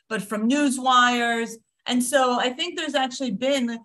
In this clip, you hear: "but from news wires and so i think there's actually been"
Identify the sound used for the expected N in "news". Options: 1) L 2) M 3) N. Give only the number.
3